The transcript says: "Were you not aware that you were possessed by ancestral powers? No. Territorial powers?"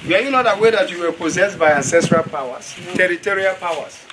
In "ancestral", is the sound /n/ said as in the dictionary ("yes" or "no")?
yes